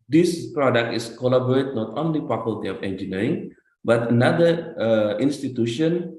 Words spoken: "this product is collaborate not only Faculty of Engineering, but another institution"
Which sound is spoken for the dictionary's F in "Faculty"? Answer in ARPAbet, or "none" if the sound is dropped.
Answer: P